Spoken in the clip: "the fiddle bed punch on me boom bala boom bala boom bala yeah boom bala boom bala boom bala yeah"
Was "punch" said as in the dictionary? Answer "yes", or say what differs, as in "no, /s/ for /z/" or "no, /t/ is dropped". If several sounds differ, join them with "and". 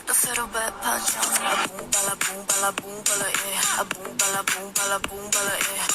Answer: no, /n/ is dropped